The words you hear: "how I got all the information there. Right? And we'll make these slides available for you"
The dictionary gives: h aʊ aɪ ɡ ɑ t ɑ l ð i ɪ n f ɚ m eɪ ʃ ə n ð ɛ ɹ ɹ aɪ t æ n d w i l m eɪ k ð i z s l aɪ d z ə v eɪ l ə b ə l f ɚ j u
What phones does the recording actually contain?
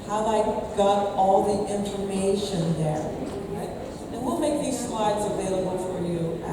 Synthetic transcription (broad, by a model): h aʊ aɪ ɡ ɑ t ɑ l ð i ɪ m f ɚ m eɪ ʃ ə n ð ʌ ɹ ɹ aɪ t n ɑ w i l m eɪ k ð i z s l aɪ d z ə v eɪ l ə b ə l f ɚ j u